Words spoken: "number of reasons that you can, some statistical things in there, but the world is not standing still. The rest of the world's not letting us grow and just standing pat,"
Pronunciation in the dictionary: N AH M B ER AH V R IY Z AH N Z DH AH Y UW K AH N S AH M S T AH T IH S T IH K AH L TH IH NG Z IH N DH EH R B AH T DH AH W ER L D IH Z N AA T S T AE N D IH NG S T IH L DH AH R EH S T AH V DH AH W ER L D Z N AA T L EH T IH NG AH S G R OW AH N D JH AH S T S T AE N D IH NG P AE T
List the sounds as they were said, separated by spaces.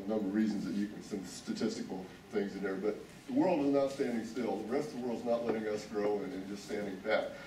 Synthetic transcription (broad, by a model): N AH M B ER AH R R IY Z N Z DH AH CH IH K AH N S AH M S T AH T IH S T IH K L TH IH NG Z IH N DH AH R B AH T DH AH W ER L D IH Z N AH T S T AE N D IH NG S T IH L DH AH R EH S T AH V DH AH W ER L D Z N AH T L EH T IH NG AH S G R OW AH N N JH AH S T S T AE N D IH NG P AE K